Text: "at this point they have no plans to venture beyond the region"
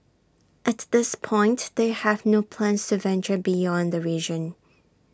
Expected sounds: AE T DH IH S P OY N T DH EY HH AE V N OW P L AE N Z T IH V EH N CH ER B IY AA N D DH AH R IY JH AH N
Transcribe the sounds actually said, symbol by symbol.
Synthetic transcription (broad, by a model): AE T DH IH S P OY N T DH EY HH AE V N OW P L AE N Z T IH V EH N CH ER B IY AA N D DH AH R IY JH AH N